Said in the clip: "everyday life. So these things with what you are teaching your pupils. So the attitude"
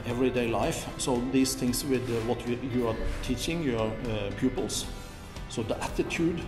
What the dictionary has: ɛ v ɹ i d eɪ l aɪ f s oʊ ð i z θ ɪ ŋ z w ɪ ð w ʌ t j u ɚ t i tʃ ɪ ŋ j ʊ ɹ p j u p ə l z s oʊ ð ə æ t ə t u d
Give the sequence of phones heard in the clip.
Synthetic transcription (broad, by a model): ɛ v ɹ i d eɪ l aɪ f s oʊ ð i s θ ɪ ŋ s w ɪ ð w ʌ t j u ɚ t i tʃ ɪ ŋ j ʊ ɹ p j u p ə l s s oʊ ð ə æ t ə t u d